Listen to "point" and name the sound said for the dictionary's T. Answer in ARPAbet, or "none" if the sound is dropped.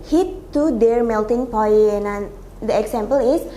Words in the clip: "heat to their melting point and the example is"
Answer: none